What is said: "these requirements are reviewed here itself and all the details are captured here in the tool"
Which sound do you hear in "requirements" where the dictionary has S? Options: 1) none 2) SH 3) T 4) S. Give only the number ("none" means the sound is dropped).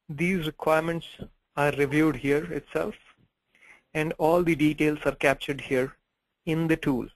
4